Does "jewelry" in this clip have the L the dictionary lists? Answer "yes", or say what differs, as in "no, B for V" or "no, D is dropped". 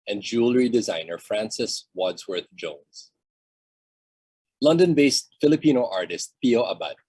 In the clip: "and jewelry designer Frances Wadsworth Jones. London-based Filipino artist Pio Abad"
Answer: yes